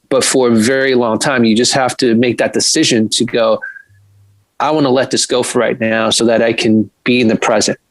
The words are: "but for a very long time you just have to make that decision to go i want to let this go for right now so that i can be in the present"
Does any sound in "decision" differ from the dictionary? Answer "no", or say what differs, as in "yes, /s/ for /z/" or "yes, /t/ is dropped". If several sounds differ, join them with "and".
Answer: no